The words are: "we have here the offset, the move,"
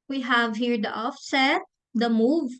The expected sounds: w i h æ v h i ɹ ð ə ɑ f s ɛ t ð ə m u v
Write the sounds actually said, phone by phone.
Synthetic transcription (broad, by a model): w i h æ v h i ɹ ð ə ɑ f s ɛ t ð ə m u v